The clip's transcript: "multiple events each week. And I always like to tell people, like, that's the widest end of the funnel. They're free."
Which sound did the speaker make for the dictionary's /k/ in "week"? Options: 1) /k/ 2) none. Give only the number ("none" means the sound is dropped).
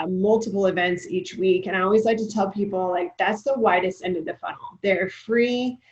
1